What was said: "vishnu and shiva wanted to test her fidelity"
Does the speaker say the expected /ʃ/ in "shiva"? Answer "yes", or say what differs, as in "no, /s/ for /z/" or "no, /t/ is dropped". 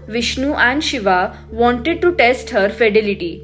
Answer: yes